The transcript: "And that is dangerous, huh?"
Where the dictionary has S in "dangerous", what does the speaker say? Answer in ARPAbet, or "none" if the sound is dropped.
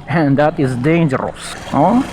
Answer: S